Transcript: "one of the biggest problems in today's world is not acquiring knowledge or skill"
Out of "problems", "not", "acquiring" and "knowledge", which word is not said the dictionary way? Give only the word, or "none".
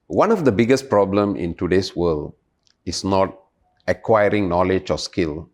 problems